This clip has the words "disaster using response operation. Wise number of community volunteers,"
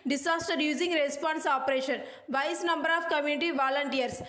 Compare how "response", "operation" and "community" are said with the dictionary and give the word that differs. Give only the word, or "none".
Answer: none